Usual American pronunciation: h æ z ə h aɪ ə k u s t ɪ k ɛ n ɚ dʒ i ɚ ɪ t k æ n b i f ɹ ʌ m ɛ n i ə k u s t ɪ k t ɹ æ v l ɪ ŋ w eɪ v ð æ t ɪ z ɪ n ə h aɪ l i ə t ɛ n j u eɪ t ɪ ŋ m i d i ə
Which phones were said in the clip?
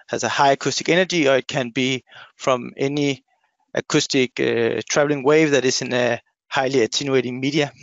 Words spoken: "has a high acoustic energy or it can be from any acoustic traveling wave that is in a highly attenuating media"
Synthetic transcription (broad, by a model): h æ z ə h aɪ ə k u s t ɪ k ɛ n ɚ dʒ i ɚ ɪ t k æ n b i f ɹ ʌ m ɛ n i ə k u s t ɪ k t ɹ æ v l ɪ ŋ w eɪ v ð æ t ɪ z ɪ n ə h aɪ l i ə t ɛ n j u eɪ t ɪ ŋ m i d i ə